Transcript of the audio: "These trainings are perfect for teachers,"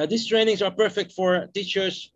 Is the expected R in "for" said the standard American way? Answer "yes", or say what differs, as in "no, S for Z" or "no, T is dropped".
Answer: yes